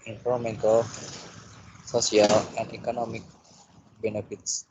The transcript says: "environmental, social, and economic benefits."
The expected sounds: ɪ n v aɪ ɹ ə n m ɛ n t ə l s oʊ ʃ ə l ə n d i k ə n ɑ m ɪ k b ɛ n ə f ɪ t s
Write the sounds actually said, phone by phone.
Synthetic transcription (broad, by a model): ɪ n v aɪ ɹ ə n m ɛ n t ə l s oʊ s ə l ə n d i k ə n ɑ m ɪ k b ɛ n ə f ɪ t s